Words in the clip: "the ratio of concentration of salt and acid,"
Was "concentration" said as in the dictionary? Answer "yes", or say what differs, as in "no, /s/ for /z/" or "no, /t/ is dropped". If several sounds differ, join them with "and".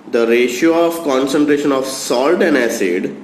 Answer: yes